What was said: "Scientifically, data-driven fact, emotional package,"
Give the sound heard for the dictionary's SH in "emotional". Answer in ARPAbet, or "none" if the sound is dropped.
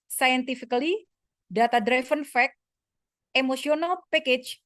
S